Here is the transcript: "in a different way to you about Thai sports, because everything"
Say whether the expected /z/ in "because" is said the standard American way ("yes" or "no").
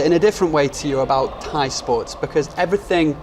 yes